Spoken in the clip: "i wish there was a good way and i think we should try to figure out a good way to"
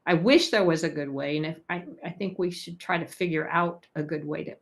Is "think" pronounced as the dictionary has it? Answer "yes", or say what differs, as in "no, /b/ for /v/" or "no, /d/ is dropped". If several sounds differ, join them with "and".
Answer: yes